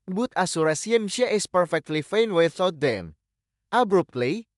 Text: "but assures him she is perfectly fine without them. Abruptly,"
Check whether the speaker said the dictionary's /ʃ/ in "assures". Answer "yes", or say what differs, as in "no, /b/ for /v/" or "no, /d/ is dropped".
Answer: no, /s/ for /ʃ/